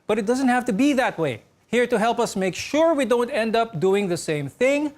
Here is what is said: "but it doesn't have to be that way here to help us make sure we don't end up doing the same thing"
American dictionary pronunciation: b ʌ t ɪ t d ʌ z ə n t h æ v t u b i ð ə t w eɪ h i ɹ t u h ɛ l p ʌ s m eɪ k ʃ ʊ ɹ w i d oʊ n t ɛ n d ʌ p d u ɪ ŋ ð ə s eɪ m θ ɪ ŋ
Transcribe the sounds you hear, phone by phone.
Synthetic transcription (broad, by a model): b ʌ t ɪ t d ʌ z ə n t h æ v t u b i ð ə t w eɪ h i ɹ t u h ɛ l p ʌ s m eɪ k ʃ ʊ ɹ w i d oʊ n t ɛ n d ʌ p d u ɪ ŋ ð ə s eɪ m θ ɪ ŋ